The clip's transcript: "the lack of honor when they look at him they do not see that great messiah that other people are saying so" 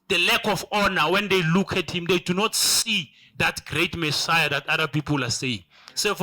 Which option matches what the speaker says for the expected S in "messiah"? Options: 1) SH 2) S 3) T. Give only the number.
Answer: 2